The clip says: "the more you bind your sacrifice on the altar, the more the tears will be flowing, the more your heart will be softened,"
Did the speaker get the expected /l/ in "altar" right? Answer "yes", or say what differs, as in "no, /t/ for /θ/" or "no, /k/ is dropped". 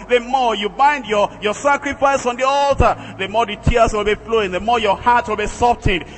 yes